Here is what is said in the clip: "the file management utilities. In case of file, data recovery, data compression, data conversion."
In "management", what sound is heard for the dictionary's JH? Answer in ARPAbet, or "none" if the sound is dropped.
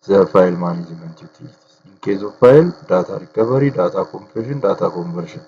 Z